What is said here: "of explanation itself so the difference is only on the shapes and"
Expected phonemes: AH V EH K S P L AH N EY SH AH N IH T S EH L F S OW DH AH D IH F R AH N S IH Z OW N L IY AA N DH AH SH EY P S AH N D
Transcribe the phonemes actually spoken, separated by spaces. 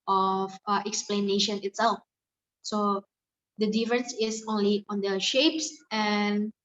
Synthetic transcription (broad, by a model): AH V EH K S P L AH N EY SH AH N IH T S EH L F S OW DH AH D IH F R AH N S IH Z OW N L IY AA N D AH SH EY P S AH N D